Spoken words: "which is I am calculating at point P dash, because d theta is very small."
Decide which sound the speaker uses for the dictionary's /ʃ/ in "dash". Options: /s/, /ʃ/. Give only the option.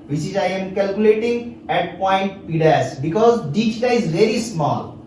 /s/